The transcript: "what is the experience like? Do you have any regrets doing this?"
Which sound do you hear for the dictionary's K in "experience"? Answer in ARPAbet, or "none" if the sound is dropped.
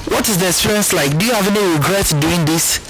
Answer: none